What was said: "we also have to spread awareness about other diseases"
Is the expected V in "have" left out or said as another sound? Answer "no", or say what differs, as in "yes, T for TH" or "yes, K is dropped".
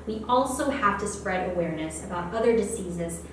yes, F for V